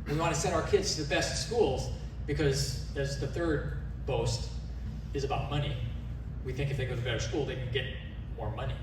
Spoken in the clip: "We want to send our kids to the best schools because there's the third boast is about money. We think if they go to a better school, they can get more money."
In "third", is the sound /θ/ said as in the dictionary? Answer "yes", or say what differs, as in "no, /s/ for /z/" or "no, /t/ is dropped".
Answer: yes